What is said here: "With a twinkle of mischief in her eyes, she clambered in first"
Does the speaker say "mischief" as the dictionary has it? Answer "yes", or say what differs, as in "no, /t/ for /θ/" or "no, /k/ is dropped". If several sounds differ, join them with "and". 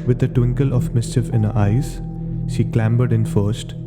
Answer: yes